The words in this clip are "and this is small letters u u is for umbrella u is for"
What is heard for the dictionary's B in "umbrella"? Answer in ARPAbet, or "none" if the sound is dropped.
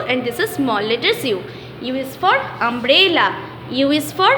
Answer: B